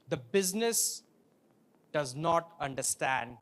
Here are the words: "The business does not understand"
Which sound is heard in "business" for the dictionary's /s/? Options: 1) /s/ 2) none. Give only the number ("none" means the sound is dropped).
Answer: 1